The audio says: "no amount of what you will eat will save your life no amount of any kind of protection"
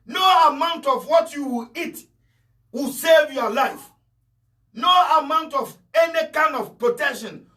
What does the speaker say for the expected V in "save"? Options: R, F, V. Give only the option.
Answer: V